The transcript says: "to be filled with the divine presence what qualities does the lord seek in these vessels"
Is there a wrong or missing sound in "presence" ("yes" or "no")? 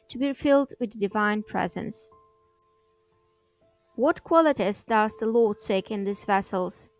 no